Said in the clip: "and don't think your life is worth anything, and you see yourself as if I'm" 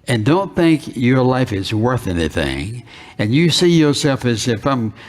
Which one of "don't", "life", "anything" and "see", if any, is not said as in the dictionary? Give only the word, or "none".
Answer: none